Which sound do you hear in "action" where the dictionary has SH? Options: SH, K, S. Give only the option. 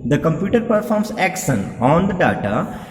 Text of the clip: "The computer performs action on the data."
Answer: S